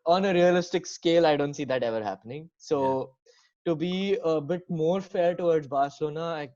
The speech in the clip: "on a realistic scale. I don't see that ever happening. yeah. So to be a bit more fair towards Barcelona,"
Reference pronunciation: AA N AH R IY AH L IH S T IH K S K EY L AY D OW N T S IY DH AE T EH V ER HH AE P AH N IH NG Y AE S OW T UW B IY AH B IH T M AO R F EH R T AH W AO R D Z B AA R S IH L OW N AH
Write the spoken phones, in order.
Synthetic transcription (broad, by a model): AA N AH R IY AH L IH S T IH K S K EY L AY D OW N T S IY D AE T EH V ER HH AE P AH N IH NG S OW T UW B IY AH B IH T M AO R F EH R T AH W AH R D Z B AA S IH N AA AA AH